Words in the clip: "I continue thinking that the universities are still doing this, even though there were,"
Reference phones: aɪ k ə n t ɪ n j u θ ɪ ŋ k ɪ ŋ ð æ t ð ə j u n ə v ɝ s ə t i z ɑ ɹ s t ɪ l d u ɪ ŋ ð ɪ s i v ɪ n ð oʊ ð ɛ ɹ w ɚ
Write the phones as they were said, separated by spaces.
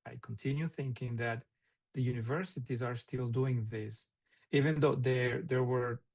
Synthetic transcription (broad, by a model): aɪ k ə n t ɪ n j u θ ɪ ŋ k ɪ ŋ ð æ t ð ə j u n ə v ɝ s ə t i z ɑ ɹ s t ɪ l d u ɪ ŋ ð ɪ s i v ɪ n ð oʊ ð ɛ ɹ w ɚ